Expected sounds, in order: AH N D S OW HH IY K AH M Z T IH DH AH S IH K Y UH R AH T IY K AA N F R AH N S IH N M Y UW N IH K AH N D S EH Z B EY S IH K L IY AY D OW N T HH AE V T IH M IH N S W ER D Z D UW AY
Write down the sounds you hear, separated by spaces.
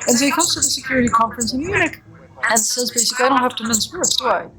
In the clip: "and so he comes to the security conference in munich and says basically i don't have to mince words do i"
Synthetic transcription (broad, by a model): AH N S OW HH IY K AH M Z T IH DH AH S IH K Y UH R AH T IY K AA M F R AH N S IH N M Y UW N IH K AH N S EH Z B EY S IH K L IY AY D OW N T HH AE F T IH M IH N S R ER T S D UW AY